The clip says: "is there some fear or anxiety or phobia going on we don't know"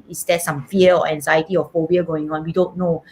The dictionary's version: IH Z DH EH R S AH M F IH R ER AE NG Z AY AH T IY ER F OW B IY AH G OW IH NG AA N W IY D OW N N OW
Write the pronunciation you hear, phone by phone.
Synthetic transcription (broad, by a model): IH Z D EH S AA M F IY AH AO AE NG Z AY AH T IY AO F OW IY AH G OW IH NG AA N W IY D OW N N OW